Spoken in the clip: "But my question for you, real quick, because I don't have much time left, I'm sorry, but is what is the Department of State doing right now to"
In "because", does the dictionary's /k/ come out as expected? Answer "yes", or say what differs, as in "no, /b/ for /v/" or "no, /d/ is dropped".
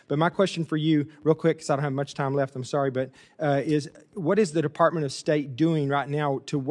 no, /k/ is dropped